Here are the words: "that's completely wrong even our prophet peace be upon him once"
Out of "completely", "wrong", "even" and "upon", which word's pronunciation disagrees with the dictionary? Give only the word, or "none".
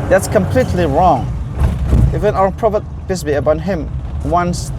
upon